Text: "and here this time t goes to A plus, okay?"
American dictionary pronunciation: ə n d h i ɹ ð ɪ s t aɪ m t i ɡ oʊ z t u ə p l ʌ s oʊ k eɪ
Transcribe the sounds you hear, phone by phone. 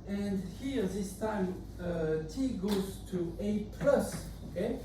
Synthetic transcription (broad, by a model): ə n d h i ɹ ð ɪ s t aɪ m t i ɡ oʊ z t u ə p l ʌ s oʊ k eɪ